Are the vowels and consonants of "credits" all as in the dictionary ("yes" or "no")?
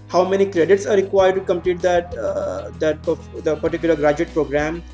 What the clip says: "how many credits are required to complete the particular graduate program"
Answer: yes